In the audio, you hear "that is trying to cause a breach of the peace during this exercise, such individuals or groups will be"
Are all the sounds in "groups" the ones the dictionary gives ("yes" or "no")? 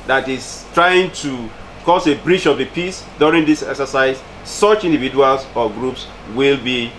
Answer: yes